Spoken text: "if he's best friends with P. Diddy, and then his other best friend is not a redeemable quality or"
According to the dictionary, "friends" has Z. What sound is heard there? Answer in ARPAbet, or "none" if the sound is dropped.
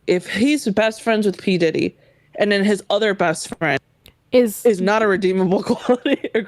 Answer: Z